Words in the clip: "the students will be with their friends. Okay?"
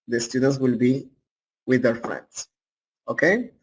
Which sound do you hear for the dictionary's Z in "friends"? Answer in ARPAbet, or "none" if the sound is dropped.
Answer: S